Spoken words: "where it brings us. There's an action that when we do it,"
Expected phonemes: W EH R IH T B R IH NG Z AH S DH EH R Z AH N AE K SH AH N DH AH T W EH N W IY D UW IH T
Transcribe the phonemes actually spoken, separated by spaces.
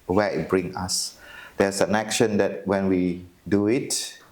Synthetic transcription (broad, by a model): W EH IH T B R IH NG AA S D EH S AH N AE K SH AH N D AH T W EH N W IY D UW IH T